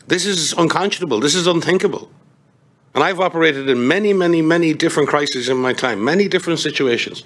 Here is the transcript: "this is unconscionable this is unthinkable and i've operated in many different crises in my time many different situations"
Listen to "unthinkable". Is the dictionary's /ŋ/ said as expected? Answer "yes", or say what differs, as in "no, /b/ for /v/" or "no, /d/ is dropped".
yes